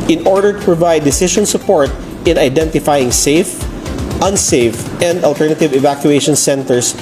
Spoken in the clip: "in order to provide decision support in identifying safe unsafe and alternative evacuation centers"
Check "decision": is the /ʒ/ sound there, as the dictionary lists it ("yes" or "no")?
no